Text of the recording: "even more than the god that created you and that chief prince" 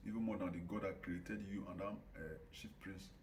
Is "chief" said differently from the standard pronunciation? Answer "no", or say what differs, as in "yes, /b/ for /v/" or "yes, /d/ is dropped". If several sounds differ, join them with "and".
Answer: yes, /ʃ/ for /tʃ/